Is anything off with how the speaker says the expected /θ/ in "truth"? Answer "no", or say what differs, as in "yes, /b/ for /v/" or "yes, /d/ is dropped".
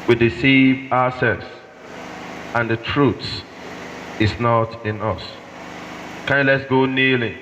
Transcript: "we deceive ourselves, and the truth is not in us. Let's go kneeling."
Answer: yes, /s/ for /θ/